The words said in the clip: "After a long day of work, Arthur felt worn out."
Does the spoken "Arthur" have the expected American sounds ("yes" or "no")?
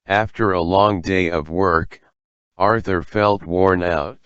yes